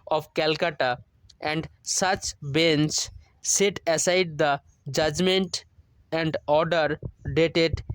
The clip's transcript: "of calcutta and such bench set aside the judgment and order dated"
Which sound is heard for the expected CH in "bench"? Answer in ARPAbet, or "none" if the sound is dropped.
S